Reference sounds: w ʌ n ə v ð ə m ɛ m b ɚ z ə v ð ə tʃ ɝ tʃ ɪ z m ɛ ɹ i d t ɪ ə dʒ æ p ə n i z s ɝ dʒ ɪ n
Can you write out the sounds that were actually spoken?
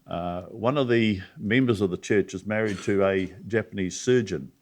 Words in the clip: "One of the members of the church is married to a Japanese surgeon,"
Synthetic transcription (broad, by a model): w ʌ n ə v ð ə m ɛ m b ɚ z ə v ð ə tʃ ɝ tʃ ɪ z m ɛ ɹ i d t ɪ ə dʒ æ p ə n i z s ɝ dʒ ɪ n